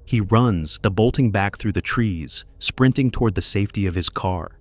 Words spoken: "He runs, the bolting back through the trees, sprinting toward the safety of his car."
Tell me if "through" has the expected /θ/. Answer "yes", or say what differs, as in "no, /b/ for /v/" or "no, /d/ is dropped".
yes